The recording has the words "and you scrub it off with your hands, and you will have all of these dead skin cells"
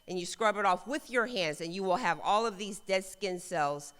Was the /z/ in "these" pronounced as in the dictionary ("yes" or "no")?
yes